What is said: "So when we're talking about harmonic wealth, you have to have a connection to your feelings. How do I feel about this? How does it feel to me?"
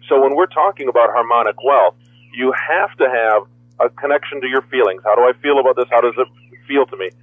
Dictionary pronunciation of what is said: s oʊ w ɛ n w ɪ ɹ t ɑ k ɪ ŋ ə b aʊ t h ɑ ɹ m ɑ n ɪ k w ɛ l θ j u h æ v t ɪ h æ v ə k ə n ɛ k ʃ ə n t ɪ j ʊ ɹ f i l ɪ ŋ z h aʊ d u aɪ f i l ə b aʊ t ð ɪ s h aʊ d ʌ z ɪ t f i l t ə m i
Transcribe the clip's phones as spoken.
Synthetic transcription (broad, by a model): s oʊ w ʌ n w ɪ ɹ t ɑ k ɪ ŋ ə b aʊ t h ɑ ɹ m ɑ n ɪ k w ɛ l θ j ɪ h æ f t ɪ v ə k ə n ɛ k ʃ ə n t ɪ j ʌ ɹ f i l ɪ ŋ z h aʊ d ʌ aɪ f i l ə b aʊ t ð ɪ s h aʊ d ʌ z ɪ t f i l t ə m i